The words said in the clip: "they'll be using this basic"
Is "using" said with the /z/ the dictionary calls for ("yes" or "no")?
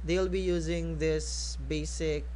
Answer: yes